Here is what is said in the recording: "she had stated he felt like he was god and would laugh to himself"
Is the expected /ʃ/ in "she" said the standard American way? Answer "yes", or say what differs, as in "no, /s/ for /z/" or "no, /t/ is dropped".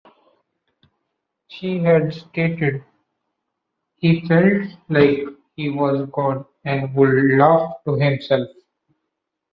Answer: yes